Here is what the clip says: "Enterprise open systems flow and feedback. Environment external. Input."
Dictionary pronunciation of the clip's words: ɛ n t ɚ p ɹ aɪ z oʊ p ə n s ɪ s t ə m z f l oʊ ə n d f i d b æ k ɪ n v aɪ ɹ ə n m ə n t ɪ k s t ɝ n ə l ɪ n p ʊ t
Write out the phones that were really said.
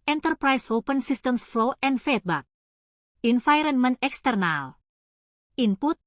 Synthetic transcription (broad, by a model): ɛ n t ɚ p ɹ aɪ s oʊ p ə n s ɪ s t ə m s f l oʊ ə n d f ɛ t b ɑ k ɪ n f aɪ ɹ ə n m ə n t ɪ k s t ɝ n ə l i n p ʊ t